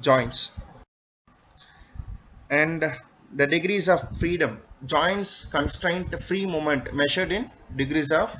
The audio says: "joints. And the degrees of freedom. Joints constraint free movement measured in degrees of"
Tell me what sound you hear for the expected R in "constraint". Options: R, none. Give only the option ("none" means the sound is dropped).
R